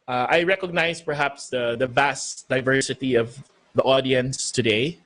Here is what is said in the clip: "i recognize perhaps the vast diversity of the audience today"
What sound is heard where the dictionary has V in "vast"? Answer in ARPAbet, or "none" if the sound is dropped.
V